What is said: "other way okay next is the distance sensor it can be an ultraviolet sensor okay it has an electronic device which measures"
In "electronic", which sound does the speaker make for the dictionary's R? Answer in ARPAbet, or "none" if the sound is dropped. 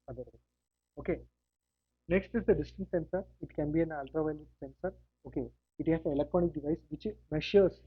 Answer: R